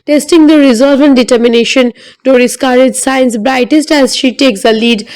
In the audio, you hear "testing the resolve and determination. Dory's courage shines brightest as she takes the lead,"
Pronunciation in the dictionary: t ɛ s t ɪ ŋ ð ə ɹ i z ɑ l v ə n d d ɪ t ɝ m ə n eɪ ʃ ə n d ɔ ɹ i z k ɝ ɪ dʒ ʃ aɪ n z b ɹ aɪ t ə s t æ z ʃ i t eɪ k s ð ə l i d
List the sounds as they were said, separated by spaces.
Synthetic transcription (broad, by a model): t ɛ s t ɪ ŋ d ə ɹ i z ɑ l v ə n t d ɪ t ɝ m ə n eɪ ʃ ə n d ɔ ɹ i s k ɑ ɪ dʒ s aɪ n s b ɹ aɪ t ə s t æ z ʃ i t eɪ k s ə l i d